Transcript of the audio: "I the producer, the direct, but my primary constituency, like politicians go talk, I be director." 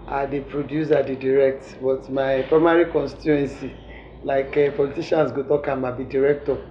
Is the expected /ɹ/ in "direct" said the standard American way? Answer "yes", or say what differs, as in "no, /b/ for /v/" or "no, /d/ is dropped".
yes